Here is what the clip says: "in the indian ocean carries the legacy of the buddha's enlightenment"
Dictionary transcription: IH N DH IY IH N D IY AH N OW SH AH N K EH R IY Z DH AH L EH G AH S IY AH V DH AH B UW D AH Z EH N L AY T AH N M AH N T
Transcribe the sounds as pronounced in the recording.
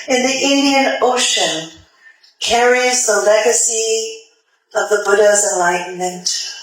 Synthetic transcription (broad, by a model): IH N DH IY IH N D IY AH N OW SH AH N K EH R IY Z DH AH L EH G AH S IY AH V DH AH B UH D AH Z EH N L AY T N M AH N T